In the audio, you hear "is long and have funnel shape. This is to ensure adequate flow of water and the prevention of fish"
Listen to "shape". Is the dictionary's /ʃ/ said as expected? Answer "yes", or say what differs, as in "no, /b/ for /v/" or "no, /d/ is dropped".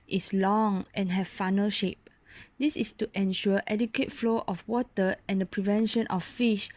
yes